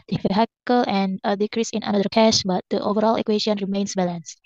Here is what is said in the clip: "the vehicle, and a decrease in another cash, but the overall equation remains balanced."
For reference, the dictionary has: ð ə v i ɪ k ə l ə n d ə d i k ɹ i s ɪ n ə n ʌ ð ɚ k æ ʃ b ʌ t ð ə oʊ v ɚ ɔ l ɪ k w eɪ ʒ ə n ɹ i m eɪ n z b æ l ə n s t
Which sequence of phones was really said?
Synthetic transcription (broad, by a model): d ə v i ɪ k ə l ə n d ə d i k ɹ i s ɪ n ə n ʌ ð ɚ k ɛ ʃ b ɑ t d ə oʊ v ɚ ɔ l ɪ k w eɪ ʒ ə n ɹ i m eɪ n s b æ l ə n s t